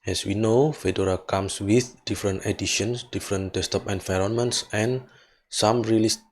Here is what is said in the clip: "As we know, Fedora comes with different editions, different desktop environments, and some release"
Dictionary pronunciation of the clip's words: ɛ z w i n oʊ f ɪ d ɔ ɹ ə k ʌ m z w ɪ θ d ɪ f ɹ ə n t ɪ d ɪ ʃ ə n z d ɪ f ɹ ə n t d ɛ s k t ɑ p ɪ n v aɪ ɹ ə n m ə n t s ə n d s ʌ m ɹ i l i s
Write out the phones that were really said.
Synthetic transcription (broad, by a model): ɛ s w i n oʊ f ɪ d ɔ ɹ ə k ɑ m s w ɪ θ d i f ɹ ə n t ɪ d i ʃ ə n s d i f ɹ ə n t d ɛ s t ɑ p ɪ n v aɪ ɹ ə n m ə n t s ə n s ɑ m ɹ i l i s